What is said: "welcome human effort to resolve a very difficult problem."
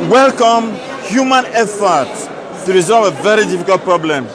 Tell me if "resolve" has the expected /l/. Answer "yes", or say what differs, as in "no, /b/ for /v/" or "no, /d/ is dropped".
yes